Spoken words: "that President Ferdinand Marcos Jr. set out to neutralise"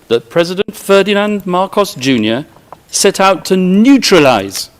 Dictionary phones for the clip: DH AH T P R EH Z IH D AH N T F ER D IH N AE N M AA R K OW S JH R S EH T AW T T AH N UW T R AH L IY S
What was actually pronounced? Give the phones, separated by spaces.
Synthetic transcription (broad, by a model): DH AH T P R EH Z IH D AH N T F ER D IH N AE N M AA R K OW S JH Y S EH T AW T T AH N UW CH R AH L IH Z